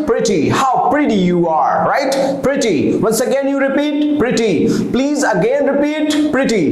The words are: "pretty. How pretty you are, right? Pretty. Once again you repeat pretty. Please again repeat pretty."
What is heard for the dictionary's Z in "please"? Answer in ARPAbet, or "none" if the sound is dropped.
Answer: Z